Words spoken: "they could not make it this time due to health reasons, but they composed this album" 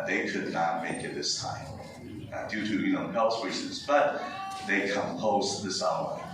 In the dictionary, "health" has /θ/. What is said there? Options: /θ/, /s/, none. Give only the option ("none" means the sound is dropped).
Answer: /s/